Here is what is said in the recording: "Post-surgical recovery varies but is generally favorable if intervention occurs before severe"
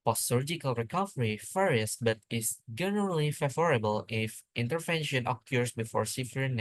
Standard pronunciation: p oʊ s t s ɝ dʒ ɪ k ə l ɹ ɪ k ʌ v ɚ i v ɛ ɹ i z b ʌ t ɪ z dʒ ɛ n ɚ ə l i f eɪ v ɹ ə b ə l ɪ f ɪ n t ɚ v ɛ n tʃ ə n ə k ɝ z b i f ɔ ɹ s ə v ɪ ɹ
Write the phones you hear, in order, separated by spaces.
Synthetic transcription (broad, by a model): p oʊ s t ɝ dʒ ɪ k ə l ɹ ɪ k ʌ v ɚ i f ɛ ɹ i s b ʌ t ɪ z dʒ ɛ n ɚ ə l i f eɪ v ɹ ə b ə l ɪ f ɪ n t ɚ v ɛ n ʃ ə n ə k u s b i f ɔ ɹ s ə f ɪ ɹ